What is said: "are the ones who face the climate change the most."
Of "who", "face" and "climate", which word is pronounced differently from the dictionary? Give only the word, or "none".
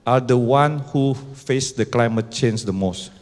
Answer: none